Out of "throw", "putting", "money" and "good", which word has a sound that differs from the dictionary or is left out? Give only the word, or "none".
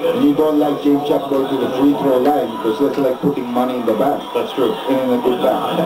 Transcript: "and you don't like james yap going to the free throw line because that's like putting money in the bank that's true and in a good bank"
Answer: throw